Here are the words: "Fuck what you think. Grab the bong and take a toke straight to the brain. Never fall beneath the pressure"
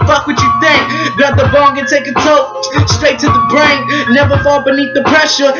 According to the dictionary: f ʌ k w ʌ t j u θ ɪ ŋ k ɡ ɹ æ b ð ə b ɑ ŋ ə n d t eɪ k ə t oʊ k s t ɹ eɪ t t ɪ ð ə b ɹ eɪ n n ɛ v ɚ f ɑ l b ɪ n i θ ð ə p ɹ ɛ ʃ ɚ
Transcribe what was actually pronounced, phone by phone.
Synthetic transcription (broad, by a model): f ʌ k w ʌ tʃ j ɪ θ ɪ ŋ k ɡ ɑ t ð ə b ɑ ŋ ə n t eɪ k ə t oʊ s t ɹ eɪ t t ɪ ð ə b ɹ eɪ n n ɛ v ɚ f ɑ l b ɪ n i θ ð ə p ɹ ɛ ʃ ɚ